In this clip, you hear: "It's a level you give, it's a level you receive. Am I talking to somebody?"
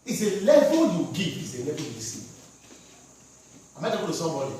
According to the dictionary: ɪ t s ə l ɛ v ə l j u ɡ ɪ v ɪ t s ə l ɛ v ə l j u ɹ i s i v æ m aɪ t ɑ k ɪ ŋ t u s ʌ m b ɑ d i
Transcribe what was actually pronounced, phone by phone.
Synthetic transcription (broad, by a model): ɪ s ə l ɛ v ə l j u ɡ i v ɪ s ə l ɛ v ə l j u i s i ɑ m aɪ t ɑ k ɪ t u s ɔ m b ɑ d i